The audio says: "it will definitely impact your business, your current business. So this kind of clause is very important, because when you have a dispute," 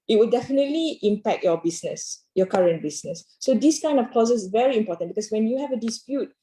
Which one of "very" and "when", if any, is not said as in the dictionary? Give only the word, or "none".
none